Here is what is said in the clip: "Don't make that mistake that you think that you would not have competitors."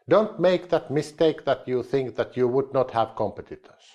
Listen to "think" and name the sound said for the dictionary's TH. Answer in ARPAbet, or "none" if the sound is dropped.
TH